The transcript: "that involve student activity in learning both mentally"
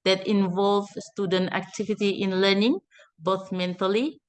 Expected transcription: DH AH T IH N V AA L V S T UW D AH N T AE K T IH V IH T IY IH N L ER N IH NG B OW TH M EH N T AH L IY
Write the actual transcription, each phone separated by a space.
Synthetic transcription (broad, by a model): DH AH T IH N V AA L V S T UW D AH N T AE K T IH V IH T IY IH N L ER N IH NG B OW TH M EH N T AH L IY